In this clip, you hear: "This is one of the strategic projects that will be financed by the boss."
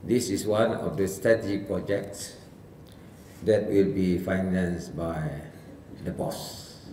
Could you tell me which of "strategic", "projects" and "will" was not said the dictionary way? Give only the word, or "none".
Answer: strategic